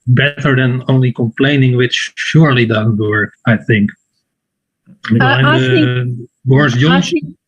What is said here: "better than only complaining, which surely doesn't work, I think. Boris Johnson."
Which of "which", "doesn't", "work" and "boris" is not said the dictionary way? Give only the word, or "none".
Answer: boris